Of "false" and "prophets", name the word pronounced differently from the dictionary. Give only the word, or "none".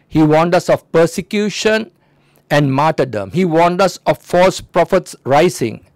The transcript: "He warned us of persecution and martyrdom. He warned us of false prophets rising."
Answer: none